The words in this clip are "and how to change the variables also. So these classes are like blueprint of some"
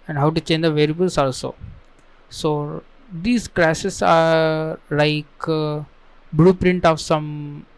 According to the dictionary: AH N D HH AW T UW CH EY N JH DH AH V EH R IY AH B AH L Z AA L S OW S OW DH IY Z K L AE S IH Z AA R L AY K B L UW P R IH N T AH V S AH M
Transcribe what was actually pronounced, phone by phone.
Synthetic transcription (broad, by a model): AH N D HH AW T UW CH EY N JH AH V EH R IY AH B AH L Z AA L S OW S OW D IY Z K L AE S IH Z AA R L AY K B L UW P R IH N T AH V S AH M